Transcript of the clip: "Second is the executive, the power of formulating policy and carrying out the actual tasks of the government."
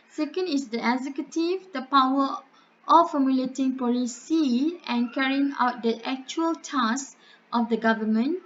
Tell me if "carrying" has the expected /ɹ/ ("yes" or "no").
yes